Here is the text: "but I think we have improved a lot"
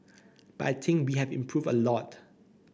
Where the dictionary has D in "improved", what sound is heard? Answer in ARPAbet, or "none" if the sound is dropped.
none